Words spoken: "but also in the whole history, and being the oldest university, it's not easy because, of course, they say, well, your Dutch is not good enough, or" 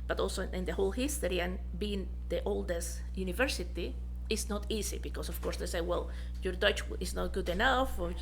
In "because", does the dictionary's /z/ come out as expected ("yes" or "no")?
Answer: no